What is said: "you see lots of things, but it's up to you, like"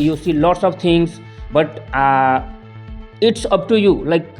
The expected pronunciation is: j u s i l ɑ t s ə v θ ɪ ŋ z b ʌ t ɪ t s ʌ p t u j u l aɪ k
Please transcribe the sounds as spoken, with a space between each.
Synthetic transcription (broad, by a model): j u s i l ɑ t s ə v t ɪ ŋ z b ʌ t ɪ t s ʌ p t u j u l aɪ k